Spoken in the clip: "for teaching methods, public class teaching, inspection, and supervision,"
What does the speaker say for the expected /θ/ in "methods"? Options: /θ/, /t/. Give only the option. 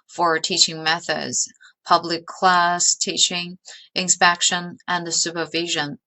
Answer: /θ/